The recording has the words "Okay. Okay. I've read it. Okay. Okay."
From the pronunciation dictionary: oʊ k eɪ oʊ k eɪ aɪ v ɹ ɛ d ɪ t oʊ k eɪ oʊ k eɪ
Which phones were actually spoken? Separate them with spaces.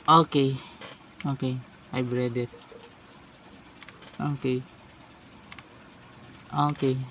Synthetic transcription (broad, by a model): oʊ k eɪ oʊ k eɪ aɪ b ɹ ɛ d ɪ t oʊ k eɪ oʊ k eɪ